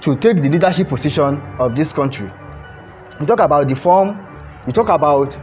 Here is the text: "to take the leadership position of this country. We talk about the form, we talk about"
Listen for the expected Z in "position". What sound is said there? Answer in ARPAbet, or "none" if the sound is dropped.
S